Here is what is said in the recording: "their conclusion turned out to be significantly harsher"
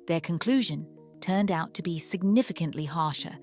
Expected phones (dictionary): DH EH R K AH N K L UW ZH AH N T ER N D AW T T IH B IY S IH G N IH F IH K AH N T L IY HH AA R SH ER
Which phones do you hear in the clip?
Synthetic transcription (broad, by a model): DH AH R K AH N K L UW ZH AH N T ER N D AW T T IH B IY S IH G N IH F IH K AH N T L IY HH AA R SH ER